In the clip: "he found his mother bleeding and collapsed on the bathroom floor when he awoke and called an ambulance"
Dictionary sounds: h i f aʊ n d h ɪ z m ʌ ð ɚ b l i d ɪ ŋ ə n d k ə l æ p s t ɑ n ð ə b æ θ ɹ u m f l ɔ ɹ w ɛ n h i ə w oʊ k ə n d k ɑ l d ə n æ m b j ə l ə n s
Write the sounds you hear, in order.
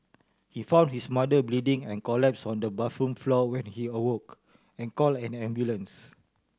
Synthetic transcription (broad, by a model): h i f aʊ n d h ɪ s m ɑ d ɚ b l i d ɪ ŋ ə n k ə l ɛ p s ɑ n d ə b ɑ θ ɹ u m f l ɔ w ɛ n h i ə w oʊ k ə n k ɑ l ə n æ m b j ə l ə n s